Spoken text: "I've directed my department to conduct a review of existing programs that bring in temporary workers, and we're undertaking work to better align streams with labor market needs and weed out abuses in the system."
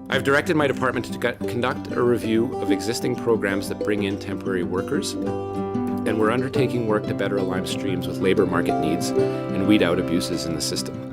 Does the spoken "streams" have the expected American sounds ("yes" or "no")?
yes